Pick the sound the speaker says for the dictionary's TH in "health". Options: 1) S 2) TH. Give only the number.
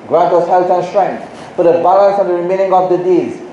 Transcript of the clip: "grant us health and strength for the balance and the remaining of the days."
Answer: 1